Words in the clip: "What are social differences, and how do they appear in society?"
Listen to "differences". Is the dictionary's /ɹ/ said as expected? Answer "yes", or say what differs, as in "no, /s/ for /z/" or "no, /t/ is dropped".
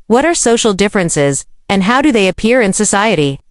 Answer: yes